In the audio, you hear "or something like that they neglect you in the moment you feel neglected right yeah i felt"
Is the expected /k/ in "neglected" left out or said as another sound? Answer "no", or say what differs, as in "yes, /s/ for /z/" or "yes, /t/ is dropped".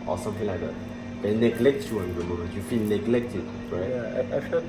no